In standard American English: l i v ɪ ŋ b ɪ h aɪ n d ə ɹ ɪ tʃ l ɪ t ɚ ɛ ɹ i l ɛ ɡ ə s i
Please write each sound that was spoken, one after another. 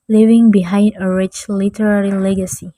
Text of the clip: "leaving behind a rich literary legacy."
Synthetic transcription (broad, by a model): l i v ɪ ŋ b ɪ h aɪ n d ə ɹ ɪ tʃ l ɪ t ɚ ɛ ɹ i l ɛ ɡ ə s i